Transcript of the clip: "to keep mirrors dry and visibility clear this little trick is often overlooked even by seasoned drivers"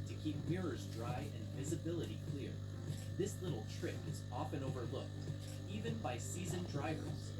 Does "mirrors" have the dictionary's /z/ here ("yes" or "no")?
yes